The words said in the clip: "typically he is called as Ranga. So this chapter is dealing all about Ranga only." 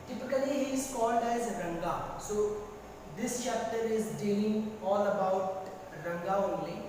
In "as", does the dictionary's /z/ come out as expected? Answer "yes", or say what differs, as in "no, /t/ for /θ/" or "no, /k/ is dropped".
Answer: yes